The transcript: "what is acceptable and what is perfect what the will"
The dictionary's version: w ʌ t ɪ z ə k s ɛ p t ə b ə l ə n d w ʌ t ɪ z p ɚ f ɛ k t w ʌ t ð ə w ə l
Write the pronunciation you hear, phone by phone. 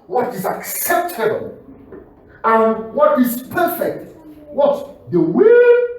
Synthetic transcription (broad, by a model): w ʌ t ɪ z ə k s ɛ p t ə b ə l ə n w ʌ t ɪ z p ɚ f ɛ k t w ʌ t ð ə w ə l